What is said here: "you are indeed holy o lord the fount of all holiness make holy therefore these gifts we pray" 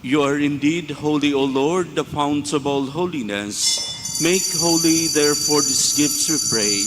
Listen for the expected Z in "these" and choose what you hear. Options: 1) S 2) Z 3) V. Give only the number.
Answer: 1